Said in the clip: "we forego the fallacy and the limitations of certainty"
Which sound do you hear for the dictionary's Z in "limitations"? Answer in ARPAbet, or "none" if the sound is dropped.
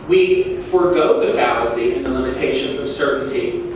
Z